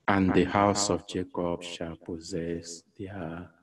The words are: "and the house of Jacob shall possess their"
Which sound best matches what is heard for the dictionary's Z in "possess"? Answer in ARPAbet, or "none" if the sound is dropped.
Z